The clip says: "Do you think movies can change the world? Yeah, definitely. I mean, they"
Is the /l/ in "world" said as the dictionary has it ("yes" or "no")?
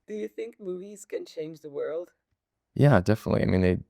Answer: yes